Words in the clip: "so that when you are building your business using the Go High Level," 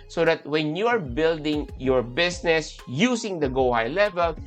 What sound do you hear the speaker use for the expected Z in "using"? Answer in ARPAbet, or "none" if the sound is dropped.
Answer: S